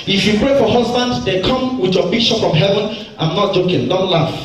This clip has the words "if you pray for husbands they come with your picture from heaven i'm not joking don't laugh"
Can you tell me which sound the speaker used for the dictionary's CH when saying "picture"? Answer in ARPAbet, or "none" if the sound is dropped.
SH